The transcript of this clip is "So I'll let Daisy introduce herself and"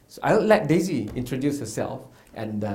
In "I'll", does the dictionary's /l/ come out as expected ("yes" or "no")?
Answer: no